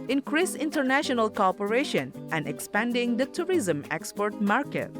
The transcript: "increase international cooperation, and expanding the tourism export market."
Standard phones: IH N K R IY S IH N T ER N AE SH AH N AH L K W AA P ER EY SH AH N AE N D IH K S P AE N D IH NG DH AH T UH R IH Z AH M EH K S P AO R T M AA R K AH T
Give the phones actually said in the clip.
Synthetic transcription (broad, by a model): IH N K R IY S IH N T ER N AE SH AH N AH L K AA P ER EY SH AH N AE N D IH K S P AE N D IH NG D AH T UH R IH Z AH M EH K S P AO R T M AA R K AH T